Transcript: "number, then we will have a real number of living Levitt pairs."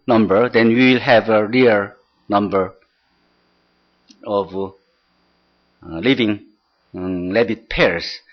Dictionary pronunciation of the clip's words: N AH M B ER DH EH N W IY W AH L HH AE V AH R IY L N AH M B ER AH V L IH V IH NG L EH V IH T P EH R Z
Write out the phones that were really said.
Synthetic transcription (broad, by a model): N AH M B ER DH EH N W IY W AH L HH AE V AH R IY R N AH M B ER AH V L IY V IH NG L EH B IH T P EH R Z